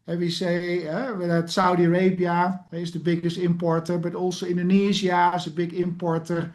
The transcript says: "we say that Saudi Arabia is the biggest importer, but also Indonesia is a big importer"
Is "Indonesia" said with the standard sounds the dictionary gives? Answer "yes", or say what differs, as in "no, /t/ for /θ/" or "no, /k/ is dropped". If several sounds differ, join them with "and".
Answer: no, /z/ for /ʒ/